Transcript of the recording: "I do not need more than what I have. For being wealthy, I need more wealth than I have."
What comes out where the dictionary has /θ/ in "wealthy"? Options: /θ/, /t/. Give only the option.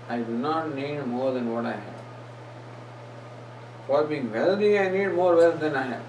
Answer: /t/